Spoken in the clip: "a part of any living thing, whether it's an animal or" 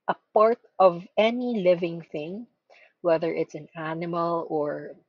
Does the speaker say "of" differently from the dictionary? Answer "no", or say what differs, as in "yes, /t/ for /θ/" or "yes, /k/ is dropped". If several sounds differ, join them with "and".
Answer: no